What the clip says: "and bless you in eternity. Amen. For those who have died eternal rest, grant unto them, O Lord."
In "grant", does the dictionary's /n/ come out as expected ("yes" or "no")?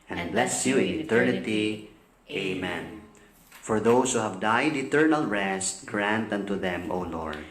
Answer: yes